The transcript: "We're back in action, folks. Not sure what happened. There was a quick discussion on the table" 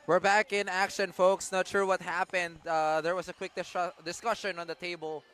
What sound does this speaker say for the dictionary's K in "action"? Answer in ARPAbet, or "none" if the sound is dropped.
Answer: K